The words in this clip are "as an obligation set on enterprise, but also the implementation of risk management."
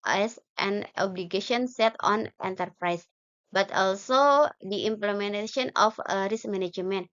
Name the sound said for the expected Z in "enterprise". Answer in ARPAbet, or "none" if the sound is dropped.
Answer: S